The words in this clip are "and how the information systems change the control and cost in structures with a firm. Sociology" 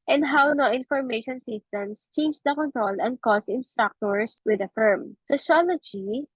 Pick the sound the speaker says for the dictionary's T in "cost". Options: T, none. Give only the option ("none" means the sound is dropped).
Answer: none